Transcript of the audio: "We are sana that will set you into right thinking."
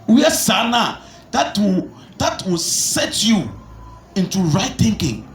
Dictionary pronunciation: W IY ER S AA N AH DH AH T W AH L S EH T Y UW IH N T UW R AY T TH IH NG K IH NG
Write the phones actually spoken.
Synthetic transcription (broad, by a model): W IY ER S AA N AH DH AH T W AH W S EH T Y UW IH N T UW R AY T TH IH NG K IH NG